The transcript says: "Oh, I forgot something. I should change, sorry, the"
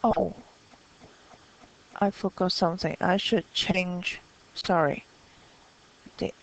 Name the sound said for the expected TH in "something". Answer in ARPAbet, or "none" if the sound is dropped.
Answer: TH